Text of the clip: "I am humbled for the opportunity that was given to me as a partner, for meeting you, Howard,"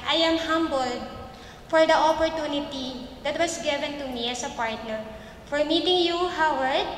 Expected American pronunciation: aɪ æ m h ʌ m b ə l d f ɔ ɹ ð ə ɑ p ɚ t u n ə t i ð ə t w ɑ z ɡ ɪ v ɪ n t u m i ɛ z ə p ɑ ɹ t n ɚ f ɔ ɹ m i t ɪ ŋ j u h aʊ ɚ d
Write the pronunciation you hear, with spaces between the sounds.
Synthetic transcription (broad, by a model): aɪ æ m h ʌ m b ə l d f ɔ ɹ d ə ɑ p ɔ t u n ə t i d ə t w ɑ s ɡ ɪ v ɪ n t u m i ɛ s ə p ɑ ɹ t n ɚ f ɔ ɹ m i t ɪ ŋ j u h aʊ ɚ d